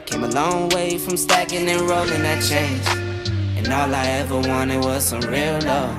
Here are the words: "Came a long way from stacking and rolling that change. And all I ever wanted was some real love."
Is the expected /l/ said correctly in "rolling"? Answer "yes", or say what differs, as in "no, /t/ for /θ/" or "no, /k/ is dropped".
yes